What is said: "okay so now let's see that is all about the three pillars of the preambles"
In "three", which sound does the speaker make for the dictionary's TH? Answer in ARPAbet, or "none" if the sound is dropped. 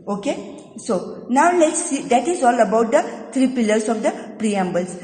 T